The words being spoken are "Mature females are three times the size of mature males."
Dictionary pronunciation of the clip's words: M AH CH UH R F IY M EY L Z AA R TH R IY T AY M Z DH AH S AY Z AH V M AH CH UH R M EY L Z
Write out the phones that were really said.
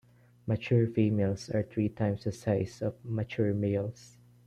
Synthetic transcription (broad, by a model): M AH CH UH R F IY M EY L S AA R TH R IY T AY M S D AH S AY S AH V M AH CH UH R M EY L S